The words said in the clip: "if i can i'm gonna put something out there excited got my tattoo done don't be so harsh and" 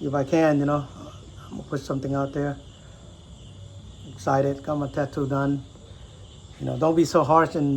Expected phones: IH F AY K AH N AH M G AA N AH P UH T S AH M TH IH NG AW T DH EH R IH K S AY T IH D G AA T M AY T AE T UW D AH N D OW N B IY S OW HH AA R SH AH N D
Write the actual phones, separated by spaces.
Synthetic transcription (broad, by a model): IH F AY K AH N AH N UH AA AH P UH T S AH M TH IH NG AW T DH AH R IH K S AY T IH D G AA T M AY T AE T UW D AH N D OW N B IY S OW HH AA R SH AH N